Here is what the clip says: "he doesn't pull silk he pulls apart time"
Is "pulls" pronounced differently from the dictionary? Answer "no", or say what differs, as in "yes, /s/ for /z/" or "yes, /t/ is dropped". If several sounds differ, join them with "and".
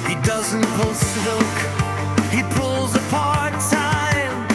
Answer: no